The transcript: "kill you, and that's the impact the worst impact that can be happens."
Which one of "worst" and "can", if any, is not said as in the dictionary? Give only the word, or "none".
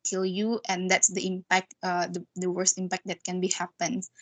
none